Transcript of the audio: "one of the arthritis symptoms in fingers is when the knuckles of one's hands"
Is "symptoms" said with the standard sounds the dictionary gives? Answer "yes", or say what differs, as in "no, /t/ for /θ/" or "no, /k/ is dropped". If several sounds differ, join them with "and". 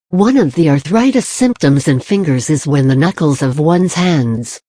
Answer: yes